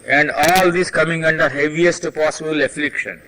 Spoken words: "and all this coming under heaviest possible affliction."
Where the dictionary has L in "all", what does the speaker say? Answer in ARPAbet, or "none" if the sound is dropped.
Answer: L